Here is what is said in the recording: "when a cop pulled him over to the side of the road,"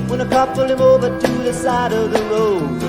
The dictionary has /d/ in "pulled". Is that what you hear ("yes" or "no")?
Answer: no